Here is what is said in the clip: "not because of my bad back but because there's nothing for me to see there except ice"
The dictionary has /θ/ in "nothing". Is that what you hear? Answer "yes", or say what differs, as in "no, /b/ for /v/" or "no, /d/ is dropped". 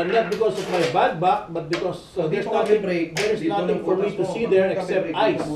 no, /t/ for /θ/